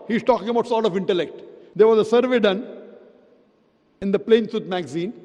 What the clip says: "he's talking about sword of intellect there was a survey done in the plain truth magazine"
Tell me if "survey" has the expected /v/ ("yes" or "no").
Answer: yes